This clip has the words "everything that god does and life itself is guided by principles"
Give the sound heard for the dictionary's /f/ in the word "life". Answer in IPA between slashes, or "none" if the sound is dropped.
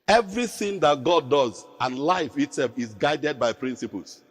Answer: /f/